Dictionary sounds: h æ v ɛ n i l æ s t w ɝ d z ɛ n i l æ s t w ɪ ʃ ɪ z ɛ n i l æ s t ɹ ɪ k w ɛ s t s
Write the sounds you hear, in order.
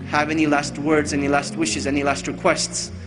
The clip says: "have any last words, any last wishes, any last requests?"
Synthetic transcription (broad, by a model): h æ v ɛ n i l æ s t w ɝ d z ɛ n i l æ s t w ɪ ʃ ɪ z ɛ n i l æ s t ɹ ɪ k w ɛ s t s